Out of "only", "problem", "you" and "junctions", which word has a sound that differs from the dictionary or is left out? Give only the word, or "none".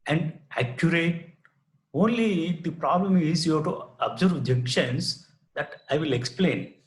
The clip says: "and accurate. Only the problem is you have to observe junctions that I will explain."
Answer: junctions